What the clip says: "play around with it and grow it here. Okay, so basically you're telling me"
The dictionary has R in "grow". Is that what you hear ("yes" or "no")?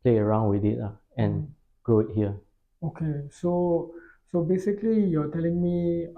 no